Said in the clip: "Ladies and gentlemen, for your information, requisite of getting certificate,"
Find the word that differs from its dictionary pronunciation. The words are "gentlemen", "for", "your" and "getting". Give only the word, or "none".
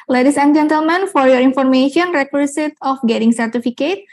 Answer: none